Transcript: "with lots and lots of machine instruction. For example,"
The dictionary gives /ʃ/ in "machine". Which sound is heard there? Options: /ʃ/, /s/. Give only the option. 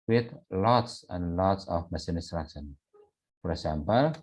/s/